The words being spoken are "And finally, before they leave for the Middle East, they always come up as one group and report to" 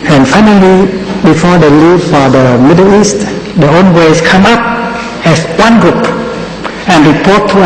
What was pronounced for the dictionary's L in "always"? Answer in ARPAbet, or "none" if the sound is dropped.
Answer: N